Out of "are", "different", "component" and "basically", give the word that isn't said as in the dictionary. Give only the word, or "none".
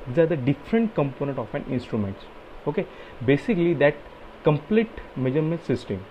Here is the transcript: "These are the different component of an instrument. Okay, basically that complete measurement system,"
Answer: none